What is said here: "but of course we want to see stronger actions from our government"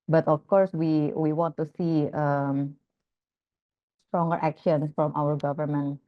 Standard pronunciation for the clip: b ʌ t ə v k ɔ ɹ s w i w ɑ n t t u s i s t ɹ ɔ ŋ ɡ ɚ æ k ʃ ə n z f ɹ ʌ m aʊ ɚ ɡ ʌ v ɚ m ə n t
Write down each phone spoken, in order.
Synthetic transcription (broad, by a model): b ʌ t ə f k ɔ ɹ s w i w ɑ n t t u s i s t ɹ ɔ ŋ ɡ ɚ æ k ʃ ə n s f ɹ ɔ m aʊ ɚ ɡ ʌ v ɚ m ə n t